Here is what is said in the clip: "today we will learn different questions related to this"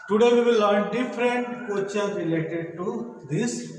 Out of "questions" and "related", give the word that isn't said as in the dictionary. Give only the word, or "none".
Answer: questions